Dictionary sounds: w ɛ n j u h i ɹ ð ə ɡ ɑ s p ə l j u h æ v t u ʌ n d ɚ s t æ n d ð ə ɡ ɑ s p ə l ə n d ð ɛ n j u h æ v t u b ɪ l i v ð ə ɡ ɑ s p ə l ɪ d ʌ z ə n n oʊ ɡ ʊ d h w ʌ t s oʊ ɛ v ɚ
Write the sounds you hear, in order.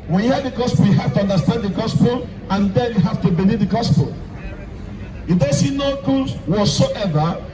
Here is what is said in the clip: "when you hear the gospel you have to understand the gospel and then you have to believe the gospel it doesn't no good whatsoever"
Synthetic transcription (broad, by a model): w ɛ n j u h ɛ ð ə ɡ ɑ s p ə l j u h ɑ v t u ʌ n d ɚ s t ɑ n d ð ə ɡ ɑ s p ə l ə n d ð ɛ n j u h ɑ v t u b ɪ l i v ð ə ɡ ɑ s p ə l ɪ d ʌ s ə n n oʊ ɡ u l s w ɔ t s oʊ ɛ v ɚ